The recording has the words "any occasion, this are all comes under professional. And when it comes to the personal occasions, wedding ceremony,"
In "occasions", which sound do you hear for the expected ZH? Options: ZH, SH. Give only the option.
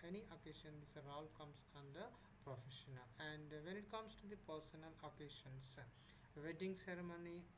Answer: SH